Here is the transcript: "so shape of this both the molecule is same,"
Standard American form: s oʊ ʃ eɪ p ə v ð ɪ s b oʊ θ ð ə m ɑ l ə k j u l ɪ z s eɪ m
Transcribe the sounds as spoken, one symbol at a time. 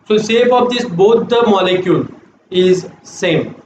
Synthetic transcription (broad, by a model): s oʊ s eɪ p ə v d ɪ s b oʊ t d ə m ɑ l ə k j u l ɪ z s eɪ m